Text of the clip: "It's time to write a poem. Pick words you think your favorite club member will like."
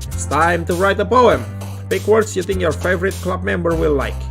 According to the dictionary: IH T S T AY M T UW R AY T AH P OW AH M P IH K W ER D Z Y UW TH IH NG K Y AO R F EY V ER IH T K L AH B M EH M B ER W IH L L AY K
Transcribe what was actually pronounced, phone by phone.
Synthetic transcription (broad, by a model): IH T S T AY M T UW R AY T AH P OW AH M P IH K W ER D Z Y UW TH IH NG K Y AO R F EY V ER IH T K L AH B M EH M B ER W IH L L AY K